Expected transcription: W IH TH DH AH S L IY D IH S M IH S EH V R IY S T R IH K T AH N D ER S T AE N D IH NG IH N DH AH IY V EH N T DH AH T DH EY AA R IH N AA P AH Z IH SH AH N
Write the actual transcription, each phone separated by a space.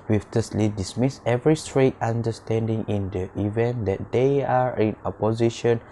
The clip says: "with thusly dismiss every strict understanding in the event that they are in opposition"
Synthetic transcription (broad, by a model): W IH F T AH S L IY D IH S M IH S EH V R IY S T R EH T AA N D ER S T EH N D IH NG IH N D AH IY V EH N T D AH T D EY AA R IH N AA P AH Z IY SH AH N